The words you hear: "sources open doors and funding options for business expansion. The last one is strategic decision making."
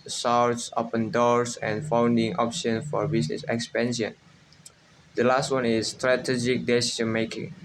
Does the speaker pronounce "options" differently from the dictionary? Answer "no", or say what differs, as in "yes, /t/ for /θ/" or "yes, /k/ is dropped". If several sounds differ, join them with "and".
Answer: yes, /z/ is dropped